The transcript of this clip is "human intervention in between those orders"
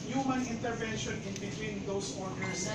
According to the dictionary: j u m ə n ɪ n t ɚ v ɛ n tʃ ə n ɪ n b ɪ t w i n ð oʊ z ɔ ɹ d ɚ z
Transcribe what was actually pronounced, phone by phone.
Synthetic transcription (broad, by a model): j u m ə n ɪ n t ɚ v ɛ n ʃ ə n ɪ n b ɪ t w i n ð oʊ s ɔ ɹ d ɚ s